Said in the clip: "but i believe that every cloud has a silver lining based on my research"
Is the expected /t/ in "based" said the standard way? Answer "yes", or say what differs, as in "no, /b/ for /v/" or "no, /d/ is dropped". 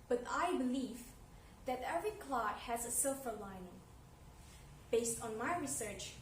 yes